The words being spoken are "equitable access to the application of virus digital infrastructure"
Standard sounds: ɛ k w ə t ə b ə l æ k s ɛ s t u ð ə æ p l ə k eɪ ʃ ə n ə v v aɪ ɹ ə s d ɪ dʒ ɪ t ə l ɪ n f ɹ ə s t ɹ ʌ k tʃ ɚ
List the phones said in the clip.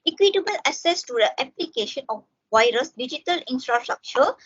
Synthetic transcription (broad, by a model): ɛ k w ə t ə b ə l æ s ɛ s t u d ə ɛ p l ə k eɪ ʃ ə n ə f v aɪ ɹ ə s d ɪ dʒ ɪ t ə l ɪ n f ɹ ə s t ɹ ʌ k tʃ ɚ